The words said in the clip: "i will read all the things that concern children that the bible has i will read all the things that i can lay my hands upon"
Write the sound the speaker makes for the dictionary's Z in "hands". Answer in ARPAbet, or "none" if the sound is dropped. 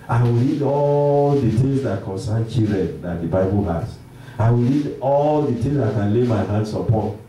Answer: S